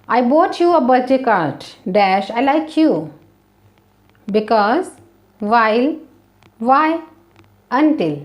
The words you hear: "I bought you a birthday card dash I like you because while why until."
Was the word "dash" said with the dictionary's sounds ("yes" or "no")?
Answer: yes